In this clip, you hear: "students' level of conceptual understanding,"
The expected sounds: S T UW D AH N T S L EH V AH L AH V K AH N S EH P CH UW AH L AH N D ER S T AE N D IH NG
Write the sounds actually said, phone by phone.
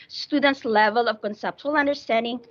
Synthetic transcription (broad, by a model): S T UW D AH N T S L EH V AH L AH V K AH N S EH P CH UW AH L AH N D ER S T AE N D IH NG